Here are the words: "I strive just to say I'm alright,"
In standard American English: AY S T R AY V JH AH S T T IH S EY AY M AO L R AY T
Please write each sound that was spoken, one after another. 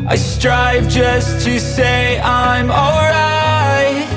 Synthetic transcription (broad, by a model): AY S T R AY V JH AH S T T IH S EY AY M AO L R AY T